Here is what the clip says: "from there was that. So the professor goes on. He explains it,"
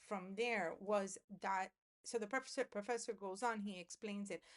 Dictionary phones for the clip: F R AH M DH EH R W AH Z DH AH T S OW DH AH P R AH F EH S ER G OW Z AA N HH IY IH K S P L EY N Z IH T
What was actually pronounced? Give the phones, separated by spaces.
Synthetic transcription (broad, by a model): F R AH M DH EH R W AH Z DH AH T S OW DH AH P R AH F EH S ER G OW Z N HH IY IH K S P L EY N Z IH T